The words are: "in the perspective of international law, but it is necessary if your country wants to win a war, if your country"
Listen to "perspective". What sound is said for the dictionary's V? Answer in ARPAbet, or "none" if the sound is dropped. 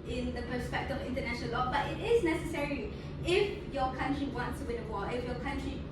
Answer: none